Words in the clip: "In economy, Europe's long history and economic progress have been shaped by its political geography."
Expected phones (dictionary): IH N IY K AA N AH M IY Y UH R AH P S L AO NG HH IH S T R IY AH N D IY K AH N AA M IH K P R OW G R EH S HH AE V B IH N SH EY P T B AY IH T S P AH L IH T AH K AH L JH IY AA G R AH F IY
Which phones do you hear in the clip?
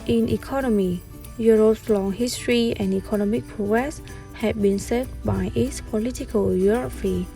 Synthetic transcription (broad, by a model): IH N IY K AA N AH M IY Y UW R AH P S L AO NG HH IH S T R IY AH N D IY K AH N AA M IH K P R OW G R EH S HH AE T B IH N S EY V B AY IH T S P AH L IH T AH K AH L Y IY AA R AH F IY